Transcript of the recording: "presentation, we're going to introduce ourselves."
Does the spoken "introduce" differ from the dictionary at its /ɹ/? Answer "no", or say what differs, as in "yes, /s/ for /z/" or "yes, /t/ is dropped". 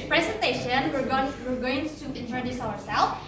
yes, /ɹ/ is dropped